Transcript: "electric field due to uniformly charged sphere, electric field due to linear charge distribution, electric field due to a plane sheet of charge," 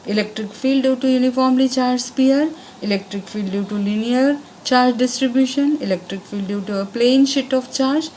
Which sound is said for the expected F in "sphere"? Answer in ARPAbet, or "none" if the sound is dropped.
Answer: P